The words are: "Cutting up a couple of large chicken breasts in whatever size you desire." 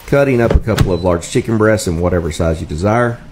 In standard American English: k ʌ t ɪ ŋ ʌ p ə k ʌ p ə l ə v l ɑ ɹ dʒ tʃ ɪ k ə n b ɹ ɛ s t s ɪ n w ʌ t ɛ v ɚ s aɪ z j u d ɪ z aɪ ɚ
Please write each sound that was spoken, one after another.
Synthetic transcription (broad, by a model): k ʌ t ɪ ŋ ʌ p ə k ʌ p l ə v l ɑ ɹ dʒ tʃ ɪ k ə n b ɹ ɛ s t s ɪ n w ʌ t ɛ v ɚ s aɪ z j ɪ d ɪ z aɪ ɚ